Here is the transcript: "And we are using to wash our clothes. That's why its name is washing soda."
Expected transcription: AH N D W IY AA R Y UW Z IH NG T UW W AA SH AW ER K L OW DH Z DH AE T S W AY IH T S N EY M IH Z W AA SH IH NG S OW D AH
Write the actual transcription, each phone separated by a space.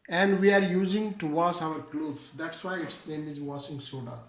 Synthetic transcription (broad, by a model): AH N D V IY AA R Y UW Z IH NG T UW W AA S AW ER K L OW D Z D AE T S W AY IH T S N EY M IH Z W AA S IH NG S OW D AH